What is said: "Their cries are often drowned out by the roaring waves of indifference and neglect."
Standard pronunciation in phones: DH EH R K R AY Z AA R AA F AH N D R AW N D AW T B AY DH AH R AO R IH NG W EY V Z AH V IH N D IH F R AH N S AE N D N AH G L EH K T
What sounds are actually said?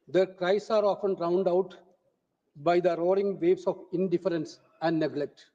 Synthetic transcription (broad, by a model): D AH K R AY S AA R AA F AH N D R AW N D AW T B AY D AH R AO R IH NG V EY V S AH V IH N D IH F R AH N S AE N D N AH G L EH K T